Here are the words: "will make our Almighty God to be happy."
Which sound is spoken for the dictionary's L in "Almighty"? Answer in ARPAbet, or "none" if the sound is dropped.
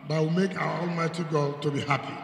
L